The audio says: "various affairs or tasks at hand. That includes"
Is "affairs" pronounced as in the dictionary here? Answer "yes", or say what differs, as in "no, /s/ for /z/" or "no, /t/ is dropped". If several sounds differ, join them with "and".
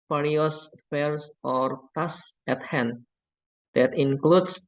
no, /s/ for /z/